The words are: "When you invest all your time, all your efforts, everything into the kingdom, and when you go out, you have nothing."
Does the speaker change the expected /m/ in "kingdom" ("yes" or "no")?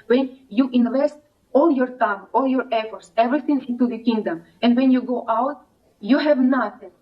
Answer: no